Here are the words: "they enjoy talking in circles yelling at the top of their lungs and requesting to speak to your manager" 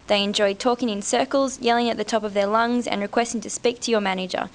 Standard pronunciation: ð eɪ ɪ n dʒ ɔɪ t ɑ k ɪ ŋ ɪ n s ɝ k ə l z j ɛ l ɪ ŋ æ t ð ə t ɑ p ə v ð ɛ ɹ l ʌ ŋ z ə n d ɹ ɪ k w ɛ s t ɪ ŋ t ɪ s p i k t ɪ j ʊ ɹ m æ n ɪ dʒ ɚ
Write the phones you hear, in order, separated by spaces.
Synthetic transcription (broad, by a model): ð eɪ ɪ n dʒ ɔɪ t ɑ k ɪ ŋ ɪ n s ɝ k ə l z j ɛ l ɪ ŋ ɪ t ð ə t ɑ p ə v ð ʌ ɹ l ʌ ŋ z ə n ɹ ɪ k w ɛ s t ɪ ŋ t ɪ s p i k t ɪ j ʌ ɹ m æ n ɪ dʒ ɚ